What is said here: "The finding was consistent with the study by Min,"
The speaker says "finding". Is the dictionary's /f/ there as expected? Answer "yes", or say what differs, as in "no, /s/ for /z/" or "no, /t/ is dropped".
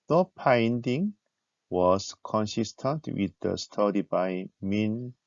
no, /p/ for /f/